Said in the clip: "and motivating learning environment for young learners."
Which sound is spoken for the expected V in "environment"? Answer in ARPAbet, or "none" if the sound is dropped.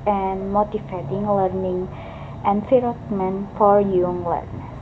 F